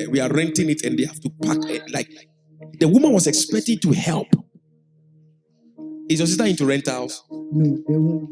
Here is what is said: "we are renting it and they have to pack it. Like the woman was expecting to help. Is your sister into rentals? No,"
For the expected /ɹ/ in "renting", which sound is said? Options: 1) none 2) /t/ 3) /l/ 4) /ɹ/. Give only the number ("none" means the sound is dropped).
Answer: 4